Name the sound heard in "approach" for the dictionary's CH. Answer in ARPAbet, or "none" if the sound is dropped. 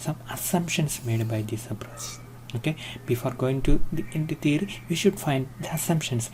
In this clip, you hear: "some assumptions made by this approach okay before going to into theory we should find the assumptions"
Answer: S